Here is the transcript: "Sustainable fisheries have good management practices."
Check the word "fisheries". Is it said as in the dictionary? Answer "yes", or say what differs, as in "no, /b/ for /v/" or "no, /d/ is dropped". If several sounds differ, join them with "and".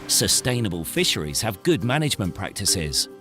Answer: yes